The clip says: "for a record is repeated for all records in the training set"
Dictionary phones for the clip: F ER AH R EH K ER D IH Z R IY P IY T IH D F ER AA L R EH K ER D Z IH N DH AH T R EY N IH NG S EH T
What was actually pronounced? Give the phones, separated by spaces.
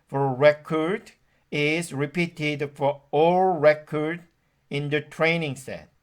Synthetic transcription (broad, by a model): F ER AH R EH K ER D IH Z R IY P IY T IH D F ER AA L R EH K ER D IH N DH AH T R EY N IH NG S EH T